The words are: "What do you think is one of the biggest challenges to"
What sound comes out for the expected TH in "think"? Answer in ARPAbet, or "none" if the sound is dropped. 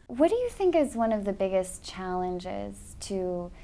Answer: TH